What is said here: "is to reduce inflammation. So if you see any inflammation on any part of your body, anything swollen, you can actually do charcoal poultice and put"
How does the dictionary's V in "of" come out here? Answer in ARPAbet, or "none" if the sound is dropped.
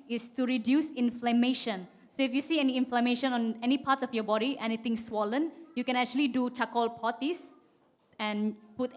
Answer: F